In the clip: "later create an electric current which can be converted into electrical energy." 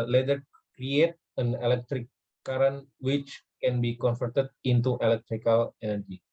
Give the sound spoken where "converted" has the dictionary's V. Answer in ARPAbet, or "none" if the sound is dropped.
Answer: F